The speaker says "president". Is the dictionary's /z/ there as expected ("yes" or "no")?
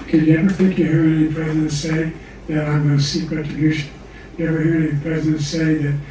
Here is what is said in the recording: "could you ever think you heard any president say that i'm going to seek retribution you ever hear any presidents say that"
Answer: yes